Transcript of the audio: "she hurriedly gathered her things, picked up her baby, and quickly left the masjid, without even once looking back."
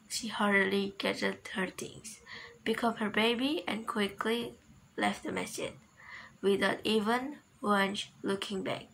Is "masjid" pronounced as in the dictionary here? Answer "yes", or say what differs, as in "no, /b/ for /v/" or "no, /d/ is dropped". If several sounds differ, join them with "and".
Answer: no, /dʒ/ is dropped